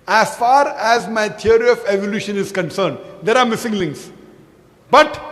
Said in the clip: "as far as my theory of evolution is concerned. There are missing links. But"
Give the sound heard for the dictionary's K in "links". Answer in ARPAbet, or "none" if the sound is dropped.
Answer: none